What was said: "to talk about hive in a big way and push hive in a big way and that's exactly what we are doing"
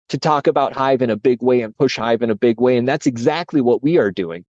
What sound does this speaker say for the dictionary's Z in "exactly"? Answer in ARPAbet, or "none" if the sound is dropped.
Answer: Z